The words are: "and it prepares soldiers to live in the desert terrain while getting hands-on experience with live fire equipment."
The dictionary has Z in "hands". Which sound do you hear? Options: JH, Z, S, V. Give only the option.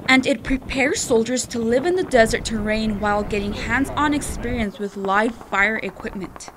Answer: Z